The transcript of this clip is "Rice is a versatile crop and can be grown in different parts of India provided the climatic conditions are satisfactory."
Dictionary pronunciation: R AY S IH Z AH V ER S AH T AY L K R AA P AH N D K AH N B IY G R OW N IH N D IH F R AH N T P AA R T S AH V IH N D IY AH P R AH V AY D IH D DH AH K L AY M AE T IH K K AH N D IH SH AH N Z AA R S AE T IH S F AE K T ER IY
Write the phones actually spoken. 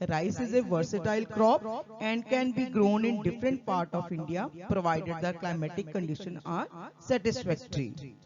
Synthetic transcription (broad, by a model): R AY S IH Z AH V ER S AH T AY L K R AA P AH N D K AH N B IY G R OW N IH N D IH F R AH N T P AA R T AH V IH N D IY AH P R AH V AY D IH D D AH K L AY M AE T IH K K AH N D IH SH AH N AA R S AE T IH S F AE K T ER IY